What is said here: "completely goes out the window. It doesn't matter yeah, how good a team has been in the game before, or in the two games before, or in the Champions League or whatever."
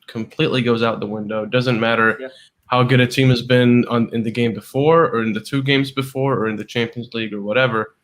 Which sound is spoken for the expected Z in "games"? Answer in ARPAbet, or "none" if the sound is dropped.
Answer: Z